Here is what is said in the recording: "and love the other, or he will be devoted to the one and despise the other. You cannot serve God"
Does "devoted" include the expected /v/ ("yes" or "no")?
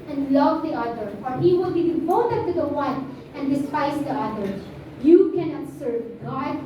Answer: no